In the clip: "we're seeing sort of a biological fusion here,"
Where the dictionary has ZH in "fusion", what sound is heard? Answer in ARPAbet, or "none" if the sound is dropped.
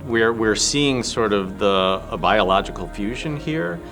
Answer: ZH